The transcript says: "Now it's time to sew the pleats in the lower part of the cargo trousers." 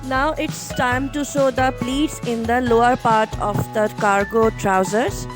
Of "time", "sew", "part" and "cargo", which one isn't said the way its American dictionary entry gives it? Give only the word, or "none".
sew